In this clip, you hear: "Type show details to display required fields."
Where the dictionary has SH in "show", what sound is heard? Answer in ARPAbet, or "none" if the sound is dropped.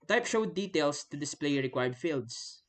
SH